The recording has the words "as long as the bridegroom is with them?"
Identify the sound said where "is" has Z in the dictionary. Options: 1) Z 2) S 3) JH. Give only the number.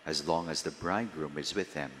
1